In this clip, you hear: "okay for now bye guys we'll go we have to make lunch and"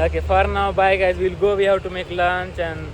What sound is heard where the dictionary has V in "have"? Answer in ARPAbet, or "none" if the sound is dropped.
W